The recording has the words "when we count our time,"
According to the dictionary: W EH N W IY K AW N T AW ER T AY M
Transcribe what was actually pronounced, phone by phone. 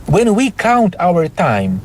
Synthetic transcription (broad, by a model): W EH N W IY K AW N T AW ER T AY M